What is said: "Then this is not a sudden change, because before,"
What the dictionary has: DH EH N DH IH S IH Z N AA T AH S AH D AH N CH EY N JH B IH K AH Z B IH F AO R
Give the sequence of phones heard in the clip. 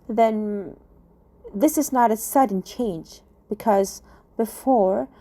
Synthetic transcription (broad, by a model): DH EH N DH IH S IH Z N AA T AH S AH D N CH EY N JH B IH K AH Z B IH F AO R